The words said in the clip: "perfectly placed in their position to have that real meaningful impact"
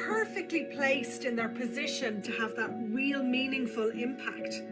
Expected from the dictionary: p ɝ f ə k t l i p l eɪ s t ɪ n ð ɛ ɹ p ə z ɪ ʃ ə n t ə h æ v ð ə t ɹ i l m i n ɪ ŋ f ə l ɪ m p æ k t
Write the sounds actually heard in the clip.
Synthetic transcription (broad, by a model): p ɝ f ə k t l i p l eɪ s t ɪ n ð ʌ ɹ p ə z ɪ ʃ ə n t ə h v ð ə t ɹ i l m i n ɪ ŋ f ə l ɪ m p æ k t